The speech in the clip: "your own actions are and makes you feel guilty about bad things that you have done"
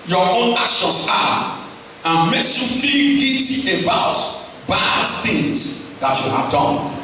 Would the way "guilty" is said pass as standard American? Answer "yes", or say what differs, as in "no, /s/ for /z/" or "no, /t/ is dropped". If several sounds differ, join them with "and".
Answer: no, /l/ is dropped